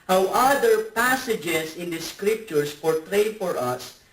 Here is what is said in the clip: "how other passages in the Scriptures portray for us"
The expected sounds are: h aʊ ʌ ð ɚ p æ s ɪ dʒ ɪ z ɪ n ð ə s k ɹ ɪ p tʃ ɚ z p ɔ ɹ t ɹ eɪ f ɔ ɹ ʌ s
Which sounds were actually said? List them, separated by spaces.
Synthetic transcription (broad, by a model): h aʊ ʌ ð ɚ p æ s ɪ dʒ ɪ s ɪ n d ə s k ɹ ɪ p tʃ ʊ s p ɔ ɹ t ɹ eɪ f ɔ ɹ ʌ s